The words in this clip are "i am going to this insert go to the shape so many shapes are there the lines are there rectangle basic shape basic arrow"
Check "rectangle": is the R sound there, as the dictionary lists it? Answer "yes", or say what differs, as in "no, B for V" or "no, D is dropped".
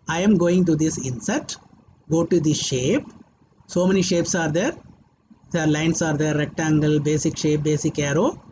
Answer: yes